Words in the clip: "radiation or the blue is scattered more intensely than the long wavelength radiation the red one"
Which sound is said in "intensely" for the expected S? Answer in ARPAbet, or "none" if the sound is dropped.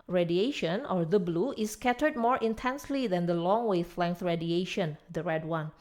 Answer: S